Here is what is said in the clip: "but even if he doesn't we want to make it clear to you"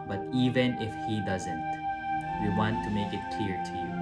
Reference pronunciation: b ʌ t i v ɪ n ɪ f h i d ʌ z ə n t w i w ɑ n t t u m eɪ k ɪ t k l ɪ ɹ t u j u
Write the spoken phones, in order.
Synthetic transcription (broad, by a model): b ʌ t i v ɪ n ɪ f h i d ʌ z ə n t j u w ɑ n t t u m eɪ k ɪ t k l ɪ ɹ t u j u